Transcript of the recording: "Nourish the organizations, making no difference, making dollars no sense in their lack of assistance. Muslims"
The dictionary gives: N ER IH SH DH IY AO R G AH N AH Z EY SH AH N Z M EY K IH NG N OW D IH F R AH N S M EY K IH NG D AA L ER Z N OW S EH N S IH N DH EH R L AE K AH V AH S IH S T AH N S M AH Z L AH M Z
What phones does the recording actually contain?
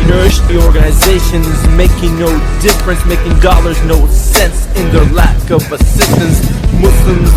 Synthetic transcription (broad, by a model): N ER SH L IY AO R G AH N AH Z EY SH AH N Z M EY K IH NG N OW D IH F R AH N S M EY K IH NG D AA L ER Z N OW S EH N S IH N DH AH R L AE K AH V AH S IH S T AH N S M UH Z L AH M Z